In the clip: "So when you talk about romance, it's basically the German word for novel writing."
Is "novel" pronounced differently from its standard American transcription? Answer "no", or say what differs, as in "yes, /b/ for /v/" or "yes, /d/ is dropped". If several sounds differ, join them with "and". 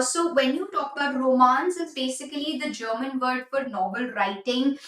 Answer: yes, /b/ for /v/